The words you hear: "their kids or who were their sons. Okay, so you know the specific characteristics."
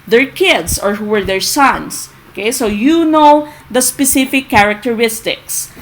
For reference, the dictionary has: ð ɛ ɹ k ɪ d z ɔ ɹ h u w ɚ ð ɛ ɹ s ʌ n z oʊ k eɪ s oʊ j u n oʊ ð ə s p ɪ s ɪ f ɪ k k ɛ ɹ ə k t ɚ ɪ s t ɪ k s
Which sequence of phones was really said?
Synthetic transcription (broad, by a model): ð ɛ ɹ k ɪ d s ɔ ɹ h u w ɚ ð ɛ ɹ s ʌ n s oʊ k eɪ s oʊ j u n oʊ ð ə s p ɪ s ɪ f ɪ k k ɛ ɹ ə k t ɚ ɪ s t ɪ k s